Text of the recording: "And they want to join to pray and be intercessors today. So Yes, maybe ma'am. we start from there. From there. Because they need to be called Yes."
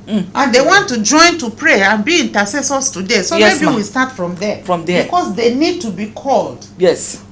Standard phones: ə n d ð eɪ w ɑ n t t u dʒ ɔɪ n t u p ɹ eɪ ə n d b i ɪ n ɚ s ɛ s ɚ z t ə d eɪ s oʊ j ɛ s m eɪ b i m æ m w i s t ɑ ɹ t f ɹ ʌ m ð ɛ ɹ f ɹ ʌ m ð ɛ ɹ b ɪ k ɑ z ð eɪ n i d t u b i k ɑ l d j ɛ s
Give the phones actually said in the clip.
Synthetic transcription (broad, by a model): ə n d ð eɪ w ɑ n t t u dʒ ɔɪ n t u p ɹ eɪ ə n b i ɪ n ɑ s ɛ s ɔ s t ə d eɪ s oʊ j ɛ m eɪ b i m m w i s t ɑ t f ɹ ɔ m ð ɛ f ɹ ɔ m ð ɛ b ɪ k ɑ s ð eɪ n i d t u b i k ɑ l d j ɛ s